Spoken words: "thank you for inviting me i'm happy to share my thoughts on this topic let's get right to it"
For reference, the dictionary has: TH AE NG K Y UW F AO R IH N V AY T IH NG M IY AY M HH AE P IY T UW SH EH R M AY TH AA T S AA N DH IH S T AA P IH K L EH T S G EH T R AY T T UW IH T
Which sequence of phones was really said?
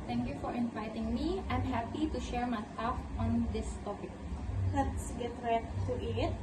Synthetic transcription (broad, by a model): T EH NG K Y UW F AO R IH N V AY T IH NG M IY AY M HH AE P IY T UW SH EH R M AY T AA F AA N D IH S T AA P IH K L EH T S G EH T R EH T T UW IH T